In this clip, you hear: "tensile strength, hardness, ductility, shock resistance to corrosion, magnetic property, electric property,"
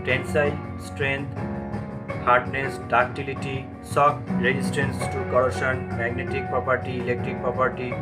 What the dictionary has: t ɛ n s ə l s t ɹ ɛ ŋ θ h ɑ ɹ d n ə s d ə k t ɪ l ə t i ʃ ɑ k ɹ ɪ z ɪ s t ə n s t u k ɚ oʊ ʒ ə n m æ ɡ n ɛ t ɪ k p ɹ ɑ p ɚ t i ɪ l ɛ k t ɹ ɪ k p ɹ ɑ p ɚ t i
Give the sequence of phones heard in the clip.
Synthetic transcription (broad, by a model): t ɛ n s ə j s t ɹ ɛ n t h ɑ ɹ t n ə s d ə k t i l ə t i s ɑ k ɹ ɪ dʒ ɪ s t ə n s t u k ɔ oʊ ʃ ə n m æ ɡ n ɛ t ɪ k p ɹ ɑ p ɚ t i ɪ l ɛ k t ɹ ɪ k p ɹ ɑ p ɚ t i